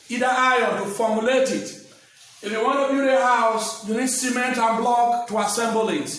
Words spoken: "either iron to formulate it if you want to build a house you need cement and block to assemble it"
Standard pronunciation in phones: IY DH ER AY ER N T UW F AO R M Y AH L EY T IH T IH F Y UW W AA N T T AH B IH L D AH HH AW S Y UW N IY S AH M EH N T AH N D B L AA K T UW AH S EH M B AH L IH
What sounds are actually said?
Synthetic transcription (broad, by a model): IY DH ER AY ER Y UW F AO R M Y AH L EY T IH T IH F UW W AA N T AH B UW D AH HH AW S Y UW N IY S AH M EH N T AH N B L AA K T UW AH S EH M B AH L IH